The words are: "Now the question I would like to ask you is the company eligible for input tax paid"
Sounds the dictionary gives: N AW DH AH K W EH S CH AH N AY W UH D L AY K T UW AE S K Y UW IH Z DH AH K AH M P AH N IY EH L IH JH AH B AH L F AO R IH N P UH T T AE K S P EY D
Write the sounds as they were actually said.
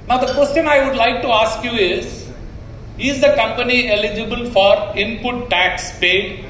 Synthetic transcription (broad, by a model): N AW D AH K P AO S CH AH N AY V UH D L AY K T UW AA S K Y UW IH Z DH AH K AH M P AH N IY EH L IH JH AH B AH L F AO R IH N P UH T T AE K S P EY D